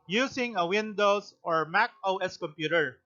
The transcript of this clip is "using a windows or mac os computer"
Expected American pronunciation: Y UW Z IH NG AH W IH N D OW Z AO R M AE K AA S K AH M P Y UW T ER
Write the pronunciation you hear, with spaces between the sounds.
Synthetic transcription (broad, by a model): Y UW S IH NG AH W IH N D OW S AO R M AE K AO S K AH M P Y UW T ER